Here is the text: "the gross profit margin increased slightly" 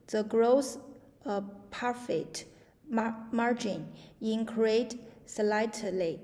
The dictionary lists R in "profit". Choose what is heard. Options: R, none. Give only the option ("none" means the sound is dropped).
none